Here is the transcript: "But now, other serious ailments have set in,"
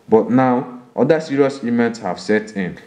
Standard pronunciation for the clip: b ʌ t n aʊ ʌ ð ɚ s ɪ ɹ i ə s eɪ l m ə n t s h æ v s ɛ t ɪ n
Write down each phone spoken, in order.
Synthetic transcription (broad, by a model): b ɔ t n aʊ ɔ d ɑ s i ɹ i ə s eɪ m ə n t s h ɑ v s ɛ t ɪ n